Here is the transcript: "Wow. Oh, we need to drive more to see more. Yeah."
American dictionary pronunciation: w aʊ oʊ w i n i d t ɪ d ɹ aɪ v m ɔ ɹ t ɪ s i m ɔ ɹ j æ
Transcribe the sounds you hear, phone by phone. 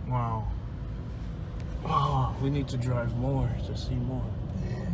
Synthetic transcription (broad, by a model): w aʊ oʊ w i n i d t ɪ d ɹ aɪ v m ɔ ɹ t ɪ s i m ɔ ɹ